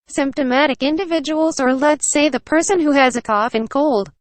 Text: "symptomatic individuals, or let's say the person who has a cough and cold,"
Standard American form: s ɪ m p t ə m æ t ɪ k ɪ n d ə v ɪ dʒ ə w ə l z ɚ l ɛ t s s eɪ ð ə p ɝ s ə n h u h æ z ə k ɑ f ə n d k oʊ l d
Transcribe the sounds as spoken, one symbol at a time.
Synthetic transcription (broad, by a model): s ɪ m p t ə m æ t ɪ k ɪ n d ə v ɪ dʒ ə w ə l z ɚ l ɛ t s s eɪ ð ə p ɝ s ə n h u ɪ z ə k ɑ f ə n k oʊ l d